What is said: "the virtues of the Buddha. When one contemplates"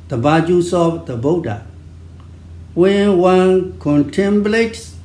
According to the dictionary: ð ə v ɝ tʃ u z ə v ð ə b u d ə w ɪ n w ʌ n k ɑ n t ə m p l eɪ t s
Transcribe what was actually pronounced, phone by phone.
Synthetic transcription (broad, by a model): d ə b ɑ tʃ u s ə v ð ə b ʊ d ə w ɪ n w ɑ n k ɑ n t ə m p l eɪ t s